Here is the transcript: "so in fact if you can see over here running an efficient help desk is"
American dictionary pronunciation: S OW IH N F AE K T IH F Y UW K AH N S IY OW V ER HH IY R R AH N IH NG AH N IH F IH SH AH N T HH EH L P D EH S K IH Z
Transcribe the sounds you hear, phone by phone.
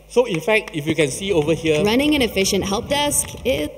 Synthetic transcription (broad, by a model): S OW IH N F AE K T IH F Y UW K AH N S IY OW V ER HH IY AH R AH N IH NG AH N IH F IH SH AH N T HH EH L P D EH S K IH